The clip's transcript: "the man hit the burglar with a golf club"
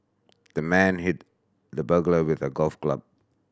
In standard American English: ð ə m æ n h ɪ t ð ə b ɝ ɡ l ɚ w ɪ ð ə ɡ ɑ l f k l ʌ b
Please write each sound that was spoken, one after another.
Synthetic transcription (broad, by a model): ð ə m æ n h ɪ t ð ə b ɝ ɡ l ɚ w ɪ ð ə ɡ ɑ l f k l ʌ b